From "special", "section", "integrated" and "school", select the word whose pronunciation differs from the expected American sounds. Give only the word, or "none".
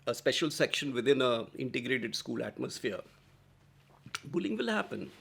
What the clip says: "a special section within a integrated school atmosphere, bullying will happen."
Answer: none